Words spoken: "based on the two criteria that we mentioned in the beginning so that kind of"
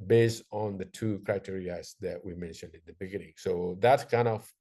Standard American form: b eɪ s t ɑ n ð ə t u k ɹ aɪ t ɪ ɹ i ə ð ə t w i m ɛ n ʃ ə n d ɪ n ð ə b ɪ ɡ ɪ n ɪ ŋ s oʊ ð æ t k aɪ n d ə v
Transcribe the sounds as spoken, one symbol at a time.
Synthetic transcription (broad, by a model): b eɪ s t n ð ə t u k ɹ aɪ t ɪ ɹ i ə ð ə t w i m ɛ n ʃ ə n d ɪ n ð ə b ɪ ɡ ɪ n ɪ ŋ s oʊ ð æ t k aɪ n d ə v